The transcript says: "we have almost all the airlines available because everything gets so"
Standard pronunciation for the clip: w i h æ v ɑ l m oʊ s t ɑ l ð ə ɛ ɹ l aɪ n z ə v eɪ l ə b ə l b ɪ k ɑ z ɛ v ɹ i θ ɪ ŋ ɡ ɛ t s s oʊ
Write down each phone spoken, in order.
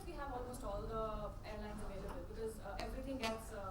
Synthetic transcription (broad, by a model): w i h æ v ɑ l m oʊ s t ɑ l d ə ɛ ɹ l aɪ n z ə v eɪ l ə b ə l b ɪ k ɑ z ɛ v ɹ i t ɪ ŋ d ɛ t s s